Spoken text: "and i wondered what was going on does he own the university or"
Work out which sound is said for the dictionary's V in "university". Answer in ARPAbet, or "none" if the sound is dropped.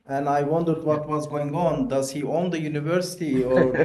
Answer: V